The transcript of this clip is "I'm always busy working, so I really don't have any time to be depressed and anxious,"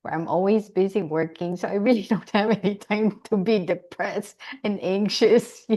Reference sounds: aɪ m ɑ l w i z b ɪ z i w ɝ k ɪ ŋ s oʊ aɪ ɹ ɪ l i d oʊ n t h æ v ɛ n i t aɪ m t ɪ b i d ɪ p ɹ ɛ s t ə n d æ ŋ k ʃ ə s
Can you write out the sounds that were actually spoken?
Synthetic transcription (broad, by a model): aɪ m ɑ l w i z b ɪ z i w ɝ k ɪ ŋ s oʊ aɪ ɹ ɪ l i d oʊ n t h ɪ v ɛ n i t aɪ m t ɪ b i d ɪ p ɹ ɛ s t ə n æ ŋ k ʃ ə s